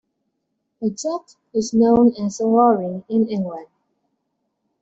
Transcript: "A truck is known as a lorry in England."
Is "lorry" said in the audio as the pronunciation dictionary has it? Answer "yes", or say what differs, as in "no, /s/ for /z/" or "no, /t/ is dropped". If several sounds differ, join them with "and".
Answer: no, /w/ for /l/